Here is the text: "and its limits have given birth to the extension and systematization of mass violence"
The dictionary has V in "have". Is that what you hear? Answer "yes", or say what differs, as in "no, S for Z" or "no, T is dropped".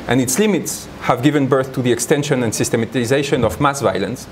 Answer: yes